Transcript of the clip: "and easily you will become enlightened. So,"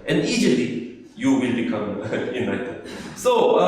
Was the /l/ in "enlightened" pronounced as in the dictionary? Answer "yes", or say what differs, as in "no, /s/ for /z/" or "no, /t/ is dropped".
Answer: no, /l/ is dropped